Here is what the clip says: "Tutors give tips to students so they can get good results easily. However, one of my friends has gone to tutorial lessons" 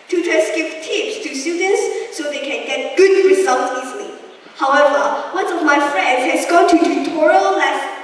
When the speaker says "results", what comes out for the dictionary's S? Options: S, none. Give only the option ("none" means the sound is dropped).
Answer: none